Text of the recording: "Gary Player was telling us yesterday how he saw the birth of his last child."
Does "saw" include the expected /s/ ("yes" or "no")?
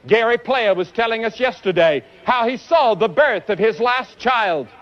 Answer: yes